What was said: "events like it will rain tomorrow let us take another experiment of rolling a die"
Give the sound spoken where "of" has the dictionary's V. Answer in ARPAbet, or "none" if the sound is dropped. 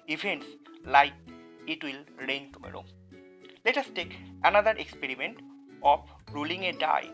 P